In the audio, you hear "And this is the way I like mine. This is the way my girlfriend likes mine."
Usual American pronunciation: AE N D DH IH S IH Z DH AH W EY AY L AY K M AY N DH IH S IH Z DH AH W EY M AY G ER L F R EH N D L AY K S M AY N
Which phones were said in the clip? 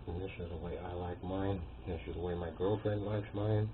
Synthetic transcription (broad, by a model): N DH IH S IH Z DH AH W EY AY L AY K M AY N DH IH S IH Z DH AH W EY M AY G ER L F R EH N D L AY K S M AY N